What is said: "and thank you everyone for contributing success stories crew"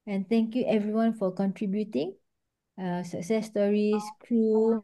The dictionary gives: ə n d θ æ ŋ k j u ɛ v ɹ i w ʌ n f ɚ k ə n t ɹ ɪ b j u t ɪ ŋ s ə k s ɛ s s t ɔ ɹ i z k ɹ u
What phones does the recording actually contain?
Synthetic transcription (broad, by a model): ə n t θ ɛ ŋ k j u ɛ v ɹ i w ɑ n f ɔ k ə n t ɹ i b j u t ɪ ŋ s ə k s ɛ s s t ɔ ɹ i s k ɹ u